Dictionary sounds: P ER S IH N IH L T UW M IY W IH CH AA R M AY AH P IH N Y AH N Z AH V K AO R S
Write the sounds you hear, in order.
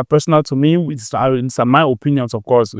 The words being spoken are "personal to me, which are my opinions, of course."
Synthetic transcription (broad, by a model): P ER S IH N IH L T UW M IY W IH S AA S M AY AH P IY N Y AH N S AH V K AO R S